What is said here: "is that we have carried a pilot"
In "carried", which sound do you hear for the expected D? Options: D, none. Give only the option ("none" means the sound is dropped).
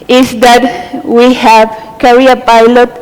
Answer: none